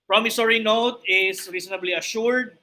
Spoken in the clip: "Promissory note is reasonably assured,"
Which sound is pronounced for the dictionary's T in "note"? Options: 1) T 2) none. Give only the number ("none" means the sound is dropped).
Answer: 1